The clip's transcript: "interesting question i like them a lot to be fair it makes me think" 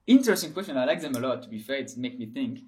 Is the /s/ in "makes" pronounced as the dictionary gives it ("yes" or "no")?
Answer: no